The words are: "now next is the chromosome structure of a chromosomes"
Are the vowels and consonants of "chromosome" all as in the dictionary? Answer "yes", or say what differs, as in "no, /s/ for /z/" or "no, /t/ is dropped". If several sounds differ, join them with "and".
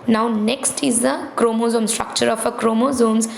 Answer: yes